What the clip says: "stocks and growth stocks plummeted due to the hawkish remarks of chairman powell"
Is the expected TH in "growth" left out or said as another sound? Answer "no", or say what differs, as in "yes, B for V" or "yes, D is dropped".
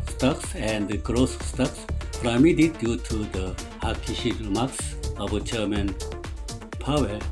yes, S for TH